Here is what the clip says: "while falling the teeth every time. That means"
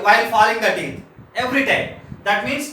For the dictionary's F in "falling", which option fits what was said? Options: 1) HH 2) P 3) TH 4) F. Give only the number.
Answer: 4